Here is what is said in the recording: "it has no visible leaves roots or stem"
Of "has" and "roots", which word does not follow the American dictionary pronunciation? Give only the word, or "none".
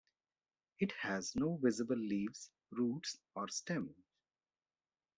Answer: none